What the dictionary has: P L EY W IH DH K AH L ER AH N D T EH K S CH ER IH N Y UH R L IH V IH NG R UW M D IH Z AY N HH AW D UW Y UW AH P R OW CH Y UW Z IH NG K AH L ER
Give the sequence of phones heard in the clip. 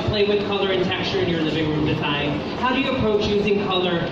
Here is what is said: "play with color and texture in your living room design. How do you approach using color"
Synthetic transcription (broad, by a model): P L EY W IH DH K AH L ER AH N T EH K S CH ER IH N Y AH R L IH V IH NG R UW M D IH Z AY N HH AW D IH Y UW AH P R OW CH Y UW Z IH NG K AH L ER